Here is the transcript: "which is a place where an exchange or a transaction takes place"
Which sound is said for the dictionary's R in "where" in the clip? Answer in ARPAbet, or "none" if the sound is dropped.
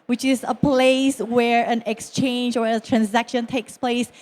R